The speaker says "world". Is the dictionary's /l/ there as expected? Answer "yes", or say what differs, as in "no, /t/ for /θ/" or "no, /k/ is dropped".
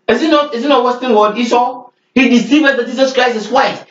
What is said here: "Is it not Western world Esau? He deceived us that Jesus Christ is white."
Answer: no, /l/ is dropped